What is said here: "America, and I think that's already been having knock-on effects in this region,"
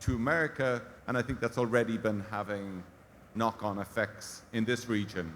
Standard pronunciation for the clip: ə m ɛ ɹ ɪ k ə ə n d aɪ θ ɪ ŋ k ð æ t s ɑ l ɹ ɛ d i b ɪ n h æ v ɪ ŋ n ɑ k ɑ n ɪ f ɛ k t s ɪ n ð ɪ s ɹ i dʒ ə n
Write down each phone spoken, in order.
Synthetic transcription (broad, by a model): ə m ɛ ɹ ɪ k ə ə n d aɪ θ ɪ ŋ k ð æ t s ɑ l ɹ ɛ d i b ɪ n h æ v ɪ ŋ n ɑ k n ɪ f ɛ k t s ɪ n ð ɪ s ɹ i dʒ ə n